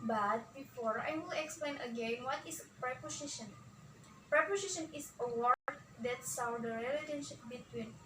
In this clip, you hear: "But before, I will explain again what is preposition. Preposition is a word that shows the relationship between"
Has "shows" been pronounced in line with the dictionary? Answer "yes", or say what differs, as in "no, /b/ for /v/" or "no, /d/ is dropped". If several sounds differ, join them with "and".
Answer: no, /s/ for /ʃ/